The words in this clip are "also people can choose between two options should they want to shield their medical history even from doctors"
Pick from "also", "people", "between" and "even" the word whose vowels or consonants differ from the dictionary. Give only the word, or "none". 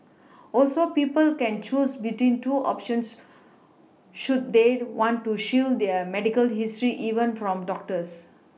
none